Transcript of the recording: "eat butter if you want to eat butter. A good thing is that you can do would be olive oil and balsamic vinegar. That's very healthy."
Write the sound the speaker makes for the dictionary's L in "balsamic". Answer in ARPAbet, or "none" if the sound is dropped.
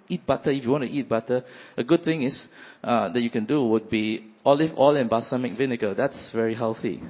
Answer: none